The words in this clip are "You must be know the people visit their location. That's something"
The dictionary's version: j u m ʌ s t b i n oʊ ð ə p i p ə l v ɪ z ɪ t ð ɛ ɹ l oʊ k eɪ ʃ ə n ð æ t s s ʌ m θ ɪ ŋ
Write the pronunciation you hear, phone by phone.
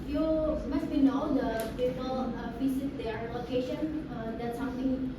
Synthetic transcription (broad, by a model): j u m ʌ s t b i n oʊ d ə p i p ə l f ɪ s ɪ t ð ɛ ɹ l oʊ k eɪ ʃ ə n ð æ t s s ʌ m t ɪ ŋ